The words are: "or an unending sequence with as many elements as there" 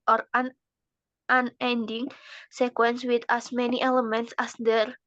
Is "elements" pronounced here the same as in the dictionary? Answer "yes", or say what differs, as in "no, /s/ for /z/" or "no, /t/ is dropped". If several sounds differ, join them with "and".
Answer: yes